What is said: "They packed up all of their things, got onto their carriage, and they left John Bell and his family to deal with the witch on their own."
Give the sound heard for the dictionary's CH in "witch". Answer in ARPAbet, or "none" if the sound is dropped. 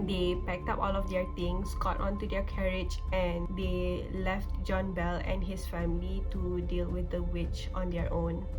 CH